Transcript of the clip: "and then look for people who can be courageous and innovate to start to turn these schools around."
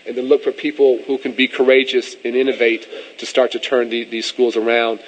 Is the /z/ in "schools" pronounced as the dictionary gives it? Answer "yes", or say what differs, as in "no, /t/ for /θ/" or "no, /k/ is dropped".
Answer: yes